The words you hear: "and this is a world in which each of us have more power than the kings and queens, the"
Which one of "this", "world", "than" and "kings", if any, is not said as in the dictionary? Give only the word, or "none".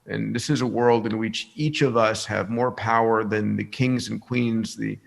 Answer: none